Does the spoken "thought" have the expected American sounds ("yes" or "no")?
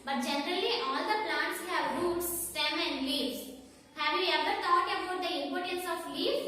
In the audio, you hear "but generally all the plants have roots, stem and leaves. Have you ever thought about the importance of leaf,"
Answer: no